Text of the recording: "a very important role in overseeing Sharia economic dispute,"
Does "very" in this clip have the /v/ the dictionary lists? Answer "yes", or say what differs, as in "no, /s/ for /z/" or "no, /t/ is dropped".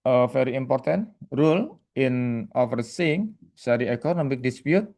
no, /f/ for /v/